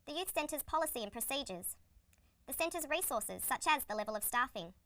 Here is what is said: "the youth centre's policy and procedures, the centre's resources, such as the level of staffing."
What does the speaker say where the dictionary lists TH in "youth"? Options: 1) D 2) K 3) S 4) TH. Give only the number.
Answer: 4